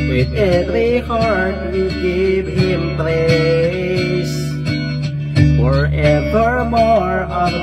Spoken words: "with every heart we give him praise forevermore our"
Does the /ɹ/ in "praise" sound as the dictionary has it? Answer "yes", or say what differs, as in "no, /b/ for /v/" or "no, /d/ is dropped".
no, /l/ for /ɹ/